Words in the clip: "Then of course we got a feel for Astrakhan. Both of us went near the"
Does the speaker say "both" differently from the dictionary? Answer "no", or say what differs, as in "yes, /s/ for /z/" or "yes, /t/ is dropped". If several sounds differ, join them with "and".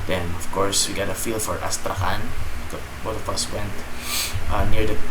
yes, /t/ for /θ/